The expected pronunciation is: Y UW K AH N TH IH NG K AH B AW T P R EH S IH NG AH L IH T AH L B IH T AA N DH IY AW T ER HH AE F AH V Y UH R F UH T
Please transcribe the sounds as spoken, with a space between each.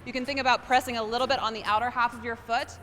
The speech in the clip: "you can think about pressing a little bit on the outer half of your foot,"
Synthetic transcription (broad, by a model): Y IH K AH N TH IH NG K AH B AW T P R EH S IH NG AH L IH T L B IH T N DH IY AW T ER HH AE F AH V Y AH R F UH T